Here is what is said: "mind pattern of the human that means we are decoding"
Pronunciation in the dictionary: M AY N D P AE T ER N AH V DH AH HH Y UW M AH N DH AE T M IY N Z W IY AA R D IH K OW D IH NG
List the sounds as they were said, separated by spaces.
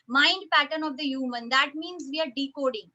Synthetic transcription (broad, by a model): M AY N D P AE T ER N AH V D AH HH Y UW M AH N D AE T M IY N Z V IY AA R D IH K OW D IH NG